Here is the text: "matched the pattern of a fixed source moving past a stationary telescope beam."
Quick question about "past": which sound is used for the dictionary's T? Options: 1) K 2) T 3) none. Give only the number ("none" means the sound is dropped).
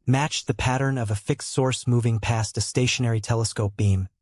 2